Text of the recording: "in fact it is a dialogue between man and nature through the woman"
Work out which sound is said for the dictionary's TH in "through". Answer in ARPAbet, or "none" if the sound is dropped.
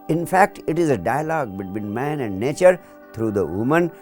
T